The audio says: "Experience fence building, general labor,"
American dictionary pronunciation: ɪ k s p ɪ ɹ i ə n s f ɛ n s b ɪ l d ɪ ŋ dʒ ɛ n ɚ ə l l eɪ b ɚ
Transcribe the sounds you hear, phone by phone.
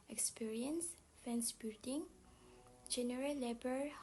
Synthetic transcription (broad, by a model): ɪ k s p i ɹ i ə n s f ɛ n s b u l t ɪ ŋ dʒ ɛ n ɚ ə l l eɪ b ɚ